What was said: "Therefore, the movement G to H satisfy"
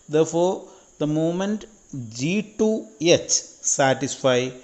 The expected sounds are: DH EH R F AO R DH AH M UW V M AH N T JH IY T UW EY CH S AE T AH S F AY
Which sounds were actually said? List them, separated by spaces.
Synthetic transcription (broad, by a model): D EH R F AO R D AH M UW M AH N T JH IY T UW EY CH S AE T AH S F AY